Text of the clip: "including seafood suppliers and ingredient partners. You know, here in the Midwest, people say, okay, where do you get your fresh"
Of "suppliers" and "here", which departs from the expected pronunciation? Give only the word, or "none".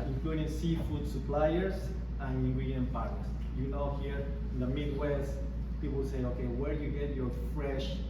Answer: suppliers